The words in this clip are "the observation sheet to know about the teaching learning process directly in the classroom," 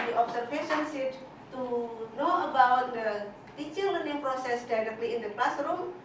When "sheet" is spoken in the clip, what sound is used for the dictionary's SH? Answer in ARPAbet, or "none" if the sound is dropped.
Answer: S